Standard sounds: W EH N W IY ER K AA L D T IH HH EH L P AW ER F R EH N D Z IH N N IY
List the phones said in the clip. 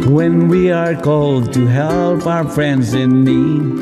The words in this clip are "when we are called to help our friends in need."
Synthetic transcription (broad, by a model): W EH N W IY ER K AA L D T IH HH EH L P AW ER F R EH N D Z IH N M IY